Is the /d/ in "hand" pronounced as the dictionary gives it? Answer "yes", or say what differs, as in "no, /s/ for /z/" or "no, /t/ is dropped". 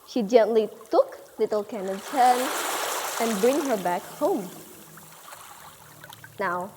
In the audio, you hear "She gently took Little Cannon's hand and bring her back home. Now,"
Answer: no, /d/ is dropped